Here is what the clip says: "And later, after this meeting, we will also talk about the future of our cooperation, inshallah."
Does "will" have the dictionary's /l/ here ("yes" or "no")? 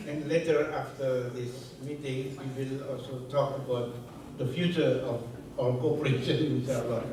yes